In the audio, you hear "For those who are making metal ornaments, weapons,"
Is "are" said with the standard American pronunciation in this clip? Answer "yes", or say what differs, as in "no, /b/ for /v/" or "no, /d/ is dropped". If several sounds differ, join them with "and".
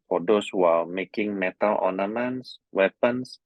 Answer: no, /l/ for /ɹ/